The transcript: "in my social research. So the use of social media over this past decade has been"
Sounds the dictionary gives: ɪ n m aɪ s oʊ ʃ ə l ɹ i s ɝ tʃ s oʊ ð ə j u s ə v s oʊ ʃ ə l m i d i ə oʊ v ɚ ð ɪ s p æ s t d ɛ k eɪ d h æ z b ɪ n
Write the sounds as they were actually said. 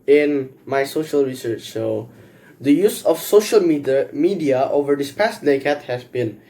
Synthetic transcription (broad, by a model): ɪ n m aɪ s oʊ ʃ ə l ɹ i s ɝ tʃ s oʊ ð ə j u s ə f s oʊ ʃ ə l m i d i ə oʊ v ɚ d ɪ s p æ s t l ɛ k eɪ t h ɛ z b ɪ n